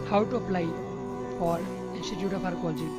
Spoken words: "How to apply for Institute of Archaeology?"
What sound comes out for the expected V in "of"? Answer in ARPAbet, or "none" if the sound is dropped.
P